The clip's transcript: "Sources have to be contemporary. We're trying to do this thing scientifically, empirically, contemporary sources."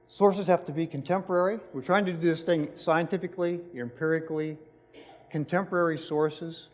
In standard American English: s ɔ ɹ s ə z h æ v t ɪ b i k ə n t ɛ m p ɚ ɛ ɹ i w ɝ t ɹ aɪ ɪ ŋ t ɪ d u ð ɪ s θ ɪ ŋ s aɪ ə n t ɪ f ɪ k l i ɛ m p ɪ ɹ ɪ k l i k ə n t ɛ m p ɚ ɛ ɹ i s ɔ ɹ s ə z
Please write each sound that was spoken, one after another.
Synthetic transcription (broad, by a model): s ɔ ɹ s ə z h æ f t ɪ b i k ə n t ɛ m p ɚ ɛ ɹ i w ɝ t ɹ aɪ ɪ ŋ t ɪ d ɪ ð ɪ s θ ɪ ŋ s aɪ ə n t ɪ f ɪ k l i ɛ m p ɪ ɹ ɪ k l i k ə n t ɛ m p ɚ ɛ ɹ i s ɔ ɹ s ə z